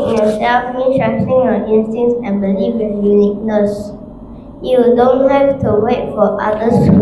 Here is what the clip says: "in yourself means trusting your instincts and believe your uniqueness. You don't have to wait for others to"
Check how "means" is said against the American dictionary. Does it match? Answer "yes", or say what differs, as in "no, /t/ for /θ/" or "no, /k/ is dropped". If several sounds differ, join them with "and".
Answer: no, /z/ is dropped